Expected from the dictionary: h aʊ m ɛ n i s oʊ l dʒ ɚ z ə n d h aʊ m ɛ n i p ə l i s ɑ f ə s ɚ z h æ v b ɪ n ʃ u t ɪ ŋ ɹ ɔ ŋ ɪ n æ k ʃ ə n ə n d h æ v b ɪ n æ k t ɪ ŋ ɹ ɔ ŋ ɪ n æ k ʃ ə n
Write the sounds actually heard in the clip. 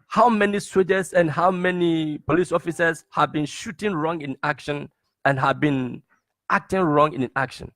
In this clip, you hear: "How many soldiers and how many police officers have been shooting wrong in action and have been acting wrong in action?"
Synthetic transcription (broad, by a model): h aʊ m ɛ n i s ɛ dʒ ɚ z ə n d h aʊ m ɛ n i p ə l i s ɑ f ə s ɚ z h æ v b ɪ n ʃ u t ɪ ŋ ɹ ɔ ŋ ɪ n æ k ʃ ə n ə n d h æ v b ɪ n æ k t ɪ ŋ ɹ ɔ ŋ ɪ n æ k ʃ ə n